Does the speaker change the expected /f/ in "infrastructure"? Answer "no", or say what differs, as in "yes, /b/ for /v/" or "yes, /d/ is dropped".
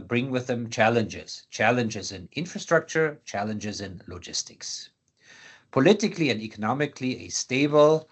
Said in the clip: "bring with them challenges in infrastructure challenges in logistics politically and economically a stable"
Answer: no